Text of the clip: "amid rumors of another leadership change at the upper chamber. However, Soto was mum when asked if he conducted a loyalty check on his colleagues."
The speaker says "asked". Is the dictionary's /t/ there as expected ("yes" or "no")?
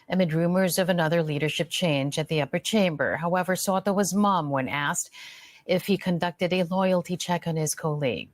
yes